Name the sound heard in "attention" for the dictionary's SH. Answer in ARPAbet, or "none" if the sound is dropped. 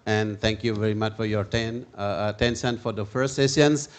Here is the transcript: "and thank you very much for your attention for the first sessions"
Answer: S